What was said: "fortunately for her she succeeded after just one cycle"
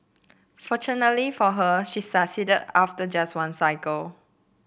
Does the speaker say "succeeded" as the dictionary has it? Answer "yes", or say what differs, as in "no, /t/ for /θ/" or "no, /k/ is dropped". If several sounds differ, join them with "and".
no, /k/ is dropped